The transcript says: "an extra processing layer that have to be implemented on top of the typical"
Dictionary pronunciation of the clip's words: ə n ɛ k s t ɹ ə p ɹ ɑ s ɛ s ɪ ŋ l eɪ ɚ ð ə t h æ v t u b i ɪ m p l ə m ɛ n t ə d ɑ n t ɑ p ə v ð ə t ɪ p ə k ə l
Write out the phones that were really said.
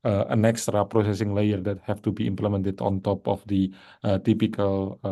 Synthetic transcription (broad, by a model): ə n ɛ k s t ɹ ə p ɹ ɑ s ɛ s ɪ ŋ l eɪ ɚ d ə t h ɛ f t u b i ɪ m p l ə m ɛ n t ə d ɑ n t ɑ p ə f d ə t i p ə k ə l